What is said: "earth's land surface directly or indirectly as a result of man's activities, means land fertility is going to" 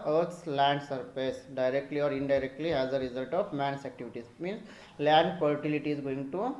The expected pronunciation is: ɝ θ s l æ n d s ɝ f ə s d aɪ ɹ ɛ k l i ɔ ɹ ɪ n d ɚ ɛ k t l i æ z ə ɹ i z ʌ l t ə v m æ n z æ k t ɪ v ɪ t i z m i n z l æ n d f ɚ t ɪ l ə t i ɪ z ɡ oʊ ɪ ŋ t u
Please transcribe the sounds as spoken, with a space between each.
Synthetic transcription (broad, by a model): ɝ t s l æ n d s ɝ p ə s d aɪ ɹ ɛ k l i ɔ ɹ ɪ n d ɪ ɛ k t l i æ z ə ɹ i z ʌ l t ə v m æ n s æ k t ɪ v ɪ t i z m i n s l æ n d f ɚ t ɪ l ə t i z ɡ oʊ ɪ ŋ t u